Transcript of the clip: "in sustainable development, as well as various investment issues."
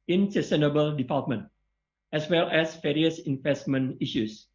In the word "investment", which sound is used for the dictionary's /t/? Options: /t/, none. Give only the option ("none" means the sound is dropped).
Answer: none